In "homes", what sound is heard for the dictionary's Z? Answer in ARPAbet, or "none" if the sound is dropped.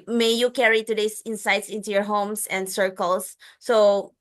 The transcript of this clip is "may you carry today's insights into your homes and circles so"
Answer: S